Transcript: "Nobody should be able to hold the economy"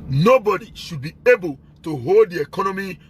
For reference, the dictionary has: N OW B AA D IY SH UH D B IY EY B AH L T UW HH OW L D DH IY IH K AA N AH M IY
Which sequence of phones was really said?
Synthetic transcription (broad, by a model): N OW B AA D IY SH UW D B IY EY B AH L T UW HH OW L D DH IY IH K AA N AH M IY